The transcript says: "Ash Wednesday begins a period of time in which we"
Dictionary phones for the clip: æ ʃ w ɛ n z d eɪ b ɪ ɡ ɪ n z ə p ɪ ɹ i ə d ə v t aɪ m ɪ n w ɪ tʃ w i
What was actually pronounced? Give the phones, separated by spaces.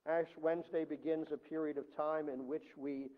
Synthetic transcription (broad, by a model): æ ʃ w ɛ n z d eɪ b ɪ ɡ ɪ n z ə p ɪ ɹ i ə d ə v t aɪ m ɪ n w ɪ tʃ w i